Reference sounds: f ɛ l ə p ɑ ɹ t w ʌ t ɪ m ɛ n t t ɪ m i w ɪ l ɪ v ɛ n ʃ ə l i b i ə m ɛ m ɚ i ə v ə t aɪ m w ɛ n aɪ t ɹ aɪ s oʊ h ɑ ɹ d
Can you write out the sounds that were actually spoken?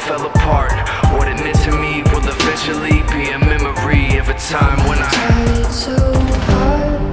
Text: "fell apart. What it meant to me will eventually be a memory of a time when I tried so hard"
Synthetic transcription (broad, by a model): f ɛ l ə p ɑ ɹ t w ʌ t ɪ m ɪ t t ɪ m i w ɪ l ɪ f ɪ ʃ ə l i b i ə m ɛ m ɚ i ə v ə t aɪ m w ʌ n aɪ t aɪ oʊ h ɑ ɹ